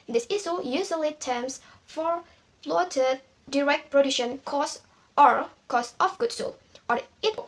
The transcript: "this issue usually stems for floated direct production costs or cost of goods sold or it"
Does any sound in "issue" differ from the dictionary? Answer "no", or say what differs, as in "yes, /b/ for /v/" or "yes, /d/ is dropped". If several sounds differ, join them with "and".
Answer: yes, /s/ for /ʃ/